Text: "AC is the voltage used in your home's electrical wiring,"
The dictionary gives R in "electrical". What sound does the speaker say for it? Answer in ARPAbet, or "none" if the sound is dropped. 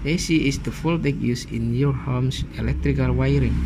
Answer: R